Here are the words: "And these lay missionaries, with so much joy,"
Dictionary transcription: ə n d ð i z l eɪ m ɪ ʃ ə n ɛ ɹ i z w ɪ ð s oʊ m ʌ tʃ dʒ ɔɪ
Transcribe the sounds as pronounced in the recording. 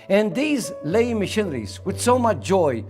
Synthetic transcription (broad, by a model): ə n ð i z l eɪ m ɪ ʃ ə n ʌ ɹ i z w ɪ ð s oʊ m ʌ tʃ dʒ ɔɪ